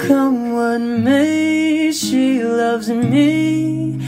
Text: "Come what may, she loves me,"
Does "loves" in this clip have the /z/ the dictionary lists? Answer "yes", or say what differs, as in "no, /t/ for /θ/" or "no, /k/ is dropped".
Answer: yes